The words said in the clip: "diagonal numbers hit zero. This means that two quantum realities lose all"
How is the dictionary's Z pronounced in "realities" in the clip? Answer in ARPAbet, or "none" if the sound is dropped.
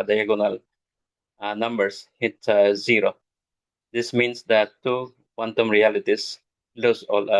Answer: S